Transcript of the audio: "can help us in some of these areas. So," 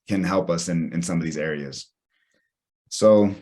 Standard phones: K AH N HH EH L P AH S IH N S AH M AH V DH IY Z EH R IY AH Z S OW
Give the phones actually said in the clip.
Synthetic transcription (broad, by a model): K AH N HH EH L P AH S IH N S AH M AH V DH IY Z EH R IY AH Z S OW